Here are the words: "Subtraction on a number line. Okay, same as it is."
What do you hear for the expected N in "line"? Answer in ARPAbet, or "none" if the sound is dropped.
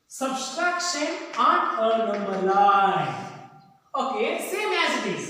none